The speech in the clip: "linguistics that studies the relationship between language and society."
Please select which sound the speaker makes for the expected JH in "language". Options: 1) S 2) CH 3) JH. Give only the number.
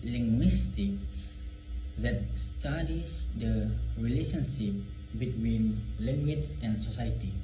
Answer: 2